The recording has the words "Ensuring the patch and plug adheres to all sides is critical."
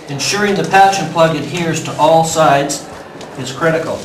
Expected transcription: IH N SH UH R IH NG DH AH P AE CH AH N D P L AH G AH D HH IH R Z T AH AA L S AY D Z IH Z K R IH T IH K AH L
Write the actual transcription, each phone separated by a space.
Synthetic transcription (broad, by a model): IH N SH UH R IH NG DH AH P AE SH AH N P L AH G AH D HH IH R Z T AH AA L S AY D Z IH Z K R IH T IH K L